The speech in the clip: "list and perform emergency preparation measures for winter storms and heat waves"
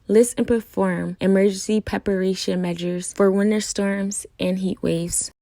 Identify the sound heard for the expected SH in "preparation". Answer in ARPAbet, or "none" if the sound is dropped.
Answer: SH